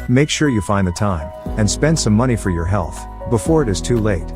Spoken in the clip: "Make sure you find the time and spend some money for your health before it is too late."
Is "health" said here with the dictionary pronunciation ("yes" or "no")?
yes